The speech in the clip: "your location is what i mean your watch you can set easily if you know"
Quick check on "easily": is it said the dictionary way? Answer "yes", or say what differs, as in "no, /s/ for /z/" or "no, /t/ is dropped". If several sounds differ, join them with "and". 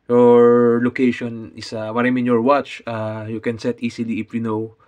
no, /s/ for /z/